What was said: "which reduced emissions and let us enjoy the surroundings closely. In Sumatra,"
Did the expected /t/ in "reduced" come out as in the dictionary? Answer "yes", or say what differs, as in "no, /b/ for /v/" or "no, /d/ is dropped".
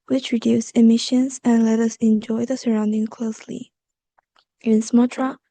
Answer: no, /t/ is dropped